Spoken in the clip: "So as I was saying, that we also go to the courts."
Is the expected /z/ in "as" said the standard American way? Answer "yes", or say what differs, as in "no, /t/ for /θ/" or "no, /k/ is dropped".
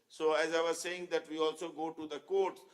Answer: yes